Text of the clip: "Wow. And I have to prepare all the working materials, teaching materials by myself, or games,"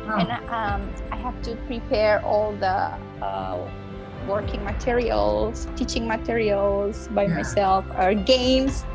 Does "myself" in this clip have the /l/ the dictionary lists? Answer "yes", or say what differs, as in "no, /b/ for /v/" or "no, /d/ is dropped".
yes